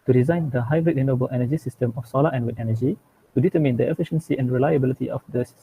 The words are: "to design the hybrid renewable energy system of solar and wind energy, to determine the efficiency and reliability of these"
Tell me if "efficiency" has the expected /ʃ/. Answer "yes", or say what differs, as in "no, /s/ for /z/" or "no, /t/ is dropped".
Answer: yes